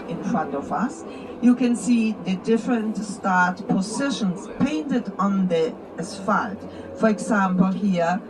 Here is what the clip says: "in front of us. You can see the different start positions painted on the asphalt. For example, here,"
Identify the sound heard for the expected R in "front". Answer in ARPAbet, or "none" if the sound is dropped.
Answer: R